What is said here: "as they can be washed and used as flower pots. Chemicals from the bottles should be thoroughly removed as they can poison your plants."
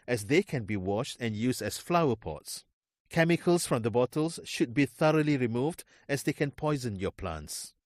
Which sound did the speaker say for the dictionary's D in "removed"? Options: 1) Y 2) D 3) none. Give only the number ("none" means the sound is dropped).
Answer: 2